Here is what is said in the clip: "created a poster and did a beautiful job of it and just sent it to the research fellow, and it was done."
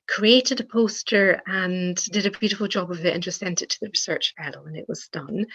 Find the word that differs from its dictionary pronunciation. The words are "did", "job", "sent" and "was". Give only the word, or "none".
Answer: none